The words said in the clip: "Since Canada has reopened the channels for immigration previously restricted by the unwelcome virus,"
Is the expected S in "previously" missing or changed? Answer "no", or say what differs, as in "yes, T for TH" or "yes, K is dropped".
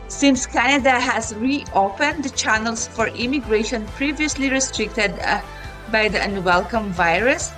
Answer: no